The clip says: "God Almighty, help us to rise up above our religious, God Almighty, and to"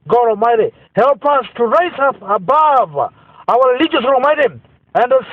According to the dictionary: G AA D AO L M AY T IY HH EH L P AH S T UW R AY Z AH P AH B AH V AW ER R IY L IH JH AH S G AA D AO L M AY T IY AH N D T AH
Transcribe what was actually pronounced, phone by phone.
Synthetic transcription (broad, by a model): G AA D AO L M AY T IY HH EH L P AH S T UW R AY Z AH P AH B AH V AW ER R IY L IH JH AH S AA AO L M AY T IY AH N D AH